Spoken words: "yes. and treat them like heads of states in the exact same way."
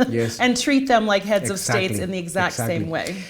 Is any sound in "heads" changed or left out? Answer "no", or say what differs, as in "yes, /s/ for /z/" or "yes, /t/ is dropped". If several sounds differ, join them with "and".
no